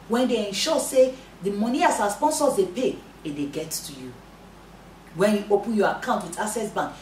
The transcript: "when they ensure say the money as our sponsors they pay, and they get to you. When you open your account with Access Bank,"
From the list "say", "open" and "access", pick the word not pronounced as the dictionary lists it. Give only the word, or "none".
access